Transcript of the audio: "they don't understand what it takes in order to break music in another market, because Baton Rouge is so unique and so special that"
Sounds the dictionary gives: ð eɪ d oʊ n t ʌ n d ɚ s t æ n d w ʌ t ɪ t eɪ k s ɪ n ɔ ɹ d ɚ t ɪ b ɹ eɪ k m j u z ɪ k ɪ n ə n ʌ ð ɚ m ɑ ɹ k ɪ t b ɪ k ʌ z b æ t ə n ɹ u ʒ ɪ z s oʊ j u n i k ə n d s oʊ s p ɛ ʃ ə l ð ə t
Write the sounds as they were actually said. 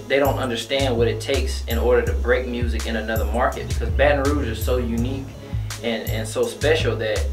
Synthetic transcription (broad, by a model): ð eɪ d oʊ n t ʌ n d ɚ s t æ n d w ʌ t ɪ t eɪ k s ɪ n ɔ ɹ d ɚ t ɪ b ɹ eɪ k m j u z ɪ k ɪ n ə n ʌ ð ɚ m ɑ ɹ k ɪ t b ɪ k ʌ z b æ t n ɹ u z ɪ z s oʊ j u n i k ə n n s oʊ s p ɛ ʃ l ð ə t